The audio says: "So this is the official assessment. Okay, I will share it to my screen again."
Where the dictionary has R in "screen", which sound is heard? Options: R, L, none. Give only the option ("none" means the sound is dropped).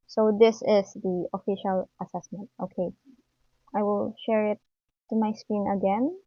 none